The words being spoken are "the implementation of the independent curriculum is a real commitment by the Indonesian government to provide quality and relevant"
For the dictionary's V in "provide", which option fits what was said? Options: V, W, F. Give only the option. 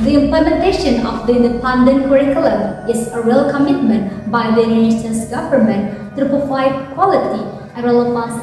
F